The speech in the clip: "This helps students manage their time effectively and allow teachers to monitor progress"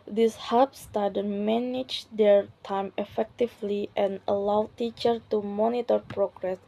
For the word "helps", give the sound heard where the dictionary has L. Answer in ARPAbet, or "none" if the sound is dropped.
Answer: none